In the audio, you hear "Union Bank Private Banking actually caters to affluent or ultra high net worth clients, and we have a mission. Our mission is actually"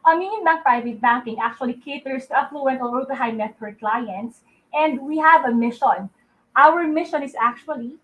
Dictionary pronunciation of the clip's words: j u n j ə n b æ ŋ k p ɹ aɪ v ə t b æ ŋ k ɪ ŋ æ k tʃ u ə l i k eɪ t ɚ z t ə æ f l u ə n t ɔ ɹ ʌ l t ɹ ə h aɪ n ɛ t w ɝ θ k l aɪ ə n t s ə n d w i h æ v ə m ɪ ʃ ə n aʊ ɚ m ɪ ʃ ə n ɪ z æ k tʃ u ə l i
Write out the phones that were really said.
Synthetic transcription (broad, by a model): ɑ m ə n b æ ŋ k p ɹ aɪ v ə t b æ ŋ k ɪ ŋ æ k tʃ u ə l i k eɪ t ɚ s t ə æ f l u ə n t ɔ l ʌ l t ə h aɪ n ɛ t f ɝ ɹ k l aɪ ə n t s ə n d w i h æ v ə m ɪ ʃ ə n aʊ ɚ m ɪ ʃ ə n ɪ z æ k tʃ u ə l i